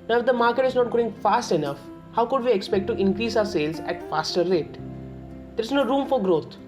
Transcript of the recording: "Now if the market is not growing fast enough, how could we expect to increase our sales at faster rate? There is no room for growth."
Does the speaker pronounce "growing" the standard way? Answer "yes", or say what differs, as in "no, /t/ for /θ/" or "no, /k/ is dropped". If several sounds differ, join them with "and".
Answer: no, /ɹ/ is dropped